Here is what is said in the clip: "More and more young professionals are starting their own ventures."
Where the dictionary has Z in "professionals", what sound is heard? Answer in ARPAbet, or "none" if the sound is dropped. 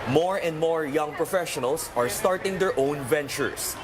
S